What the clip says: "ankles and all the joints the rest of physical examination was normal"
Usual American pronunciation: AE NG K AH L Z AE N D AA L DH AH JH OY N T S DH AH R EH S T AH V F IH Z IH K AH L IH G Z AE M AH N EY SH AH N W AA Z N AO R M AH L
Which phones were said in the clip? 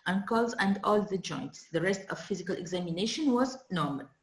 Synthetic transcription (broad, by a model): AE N K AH L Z AE N D AA L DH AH JH OY N T S DH AH R EH S T AH V F IH Z IH K AH L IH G Z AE M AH N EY SH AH N W AA Z N AO R M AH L